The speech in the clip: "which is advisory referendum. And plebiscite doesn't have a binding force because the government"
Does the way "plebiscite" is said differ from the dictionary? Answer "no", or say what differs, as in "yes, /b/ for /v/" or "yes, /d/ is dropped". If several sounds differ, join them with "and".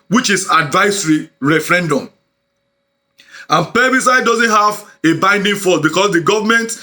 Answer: yes, /l/ is dropped